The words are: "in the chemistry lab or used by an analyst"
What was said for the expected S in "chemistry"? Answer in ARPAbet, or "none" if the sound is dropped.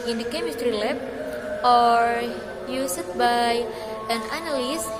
none